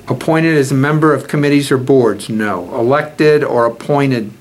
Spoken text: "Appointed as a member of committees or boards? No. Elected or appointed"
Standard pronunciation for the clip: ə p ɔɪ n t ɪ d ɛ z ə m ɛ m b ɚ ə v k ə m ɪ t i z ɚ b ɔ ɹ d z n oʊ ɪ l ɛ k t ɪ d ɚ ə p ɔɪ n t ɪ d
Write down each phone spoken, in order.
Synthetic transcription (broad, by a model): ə p ɔɪ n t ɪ d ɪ z ə m ɛ m b ɚ ə v k ə m ɪ t i z ɚ b ɔ ɹ d z n oʊ ɪ l ɛ k t ɪ d ɚ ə p ɔɪ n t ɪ d